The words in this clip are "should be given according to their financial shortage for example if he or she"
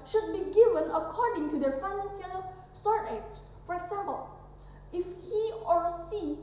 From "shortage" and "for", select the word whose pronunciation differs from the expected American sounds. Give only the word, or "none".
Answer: shortage